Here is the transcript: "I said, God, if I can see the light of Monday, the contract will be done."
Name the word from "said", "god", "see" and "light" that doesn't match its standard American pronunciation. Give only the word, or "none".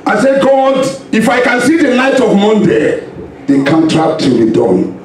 light